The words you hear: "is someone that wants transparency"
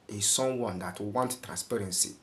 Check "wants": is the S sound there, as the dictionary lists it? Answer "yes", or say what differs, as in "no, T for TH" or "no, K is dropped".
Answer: no, S is dropped